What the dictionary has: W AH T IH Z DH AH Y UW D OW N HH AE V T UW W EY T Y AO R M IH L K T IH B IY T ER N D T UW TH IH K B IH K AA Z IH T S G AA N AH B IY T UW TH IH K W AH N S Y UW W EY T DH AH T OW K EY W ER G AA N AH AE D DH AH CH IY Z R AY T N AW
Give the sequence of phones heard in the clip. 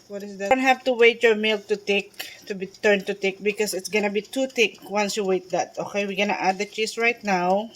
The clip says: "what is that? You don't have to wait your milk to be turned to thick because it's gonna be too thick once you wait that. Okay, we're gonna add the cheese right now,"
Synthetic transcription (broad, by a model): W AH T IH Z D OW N HH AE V T UW W EY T Y AO R M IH L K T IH B IY T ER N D T UW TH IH K B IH K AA S IH T S G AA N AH B IY T UW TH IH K W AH N S Y UW W EY T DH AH T OW K EY W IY G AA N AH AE D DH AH CH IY S R AY T N AW